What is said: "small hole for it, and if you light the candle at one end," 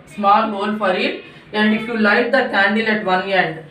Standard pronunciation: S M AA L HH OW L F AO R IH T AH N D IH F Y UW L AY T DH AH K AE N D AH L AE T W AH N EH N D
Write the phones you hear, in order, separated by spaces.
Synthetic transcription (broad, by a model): S M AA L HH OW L F AO R IH T AH N D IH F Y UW L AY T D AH K AE N D AH L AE T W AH N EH N D